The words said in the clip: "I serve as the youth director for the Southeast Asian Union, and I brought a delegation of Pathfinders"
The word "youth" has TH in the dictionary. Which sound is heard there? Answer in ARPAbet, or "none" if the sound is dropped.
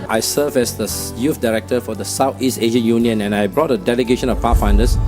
F